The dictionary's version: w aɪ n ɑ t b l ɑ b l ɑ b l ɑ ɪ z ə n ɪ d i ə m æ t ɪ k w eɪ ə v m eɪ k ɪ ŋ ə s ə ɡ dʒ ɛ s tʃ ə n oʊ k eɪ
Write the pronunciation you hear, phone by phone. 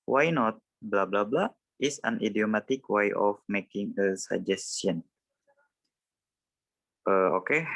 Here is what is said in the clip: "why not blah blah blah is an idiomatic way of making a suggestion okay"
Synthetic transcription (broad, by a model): w aɪ n ɑ t b l ɑ b l ɑ b l ɑ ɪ s ə n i d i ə m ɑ t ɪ k w eɪ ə f m eɪ k ɪ ŋ ə s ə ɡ dʒ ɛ s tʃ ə n oʊ k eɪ